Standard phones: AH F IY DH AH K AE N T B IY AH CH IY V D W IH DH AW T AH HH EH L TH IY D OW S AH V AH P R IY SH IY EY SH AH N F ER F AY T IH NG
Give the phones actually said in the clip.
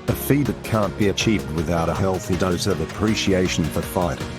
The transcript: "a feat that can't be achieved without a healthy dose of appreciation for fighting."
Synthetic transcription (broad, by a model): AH F IY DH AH K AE N B IY AH CH IY V D W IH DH AW T AH HH EH L TH IY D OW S AH V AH P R IY SH IY EY SH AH N F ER F AY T